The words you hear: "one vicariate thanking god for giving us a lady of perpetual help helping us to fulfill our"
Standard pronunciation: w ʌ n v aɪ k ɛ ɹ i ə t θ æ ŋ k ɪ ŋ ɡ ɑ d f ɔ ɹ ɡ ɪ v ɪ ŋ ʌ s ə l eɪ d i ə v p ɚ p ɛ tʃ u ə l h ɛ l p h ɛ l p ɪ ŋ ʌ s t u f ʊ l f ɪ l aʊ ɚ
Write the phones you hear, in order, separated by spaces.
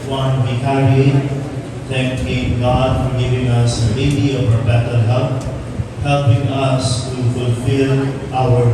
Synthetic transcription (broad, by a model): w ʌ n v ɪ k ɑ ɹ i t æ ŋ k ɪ ɡ ɑ d f ɔ ɹ ɡ ɪ v ɪ ŋ ʌ s ə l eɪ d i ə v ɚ b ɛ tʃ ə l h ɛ p h ɛ l p ɪ ŋ ʌ s t u f ʊ l f ɪ l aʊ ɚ